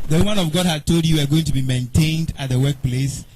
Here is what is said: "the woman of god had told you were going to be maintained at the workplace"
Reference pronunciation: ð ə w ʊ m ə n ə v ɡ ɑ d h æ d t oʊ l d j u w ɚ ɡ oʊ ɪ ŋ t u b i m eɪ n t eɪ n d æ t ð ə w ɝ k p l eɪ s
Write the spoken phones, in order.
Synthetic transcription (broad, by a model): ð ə w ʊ m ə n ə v ɡ ɑ d h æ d t oʊ l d j u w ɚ ɡ oʊ ɪ ŋ t u b i m eɪ n t eɪ n d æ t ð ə w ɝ k p l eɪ s